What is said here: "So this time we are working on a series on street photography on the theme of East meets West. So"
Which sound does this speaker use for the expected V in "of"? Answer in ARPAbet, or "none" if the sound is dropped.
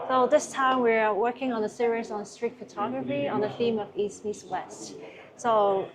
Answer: V